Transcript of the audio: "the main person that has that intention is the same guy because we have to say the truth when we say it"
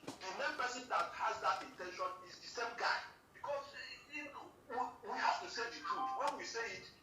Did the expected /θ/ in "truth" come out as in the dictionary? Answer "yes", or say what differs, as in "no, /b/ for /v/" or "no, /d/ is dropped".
no, /t/ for /θ/